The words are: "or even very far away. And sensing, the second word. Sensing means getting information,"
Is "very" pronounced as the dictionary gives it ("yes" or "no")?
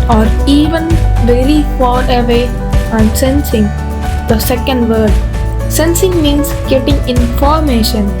no